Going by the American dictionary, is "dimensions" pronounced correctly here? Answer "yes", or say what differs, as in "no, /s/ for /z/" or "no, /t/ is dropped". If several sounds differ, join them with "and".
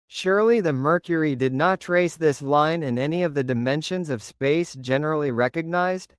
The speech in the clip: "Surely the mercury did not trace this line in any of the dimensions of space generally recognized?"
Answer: yes